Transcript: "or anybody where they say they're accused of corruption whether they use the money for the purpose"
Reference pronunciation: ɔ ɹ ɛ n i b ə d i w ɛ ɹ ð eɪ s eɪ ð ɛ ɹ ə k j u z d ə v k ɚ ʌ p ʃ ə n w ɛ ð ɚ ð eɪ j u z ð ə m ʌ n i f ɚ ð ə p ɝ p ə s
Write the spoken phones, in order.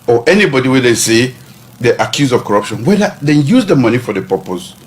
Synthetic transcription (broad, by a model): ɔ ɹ ɛ n i b ə d i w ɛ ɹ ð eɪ s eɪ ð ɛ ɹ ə k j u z ə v k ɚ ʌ p ʃ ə n w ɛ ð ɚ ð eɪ j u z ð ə m ʌ n i f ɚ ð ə p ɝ p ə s